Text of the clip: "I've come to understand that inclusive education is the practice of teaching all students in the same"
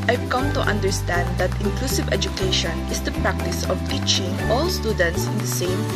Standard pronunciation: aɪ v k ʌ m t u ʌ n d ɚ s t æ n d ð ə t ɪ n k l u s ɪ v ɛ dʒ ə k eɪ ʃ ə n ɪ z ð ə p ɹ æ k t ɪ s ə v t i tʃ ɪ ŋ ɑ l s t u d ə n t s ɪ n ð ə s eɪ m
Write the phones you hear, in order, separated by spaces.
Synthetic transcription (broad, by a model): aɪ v k ʌ m t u ʌ n d ɚ s t æ n d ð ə t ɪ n k l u s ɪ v ɛ dʒ ə k eɪ ʃ ə n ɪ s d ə p ɹ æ k t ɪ s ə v t i tʃ ɪ ŋ ɑ l s t u d ə n t s ɪ n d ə s eɪ m